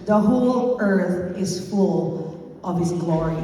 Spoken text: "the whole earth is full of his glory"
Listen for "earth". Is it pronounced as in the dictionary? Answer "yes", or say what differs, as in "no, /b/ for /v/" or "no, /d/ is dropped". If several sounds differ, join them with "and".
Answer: yes